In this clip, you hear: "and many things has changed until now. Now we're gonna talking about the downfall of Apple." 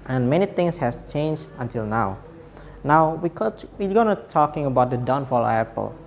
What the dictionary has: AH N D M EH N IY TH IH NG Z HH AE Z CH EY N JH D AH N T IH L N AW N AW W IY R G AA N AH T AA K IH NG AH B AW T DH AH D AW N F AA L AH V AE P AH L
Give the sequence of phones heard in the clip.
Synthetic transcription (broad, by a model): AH N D M EH N IY T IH NG S HH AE S CH EY N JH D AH N T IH L N AW N AW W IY W G AA N AH T AA K IH NG AH B AW T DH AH D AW N F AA L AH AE P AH L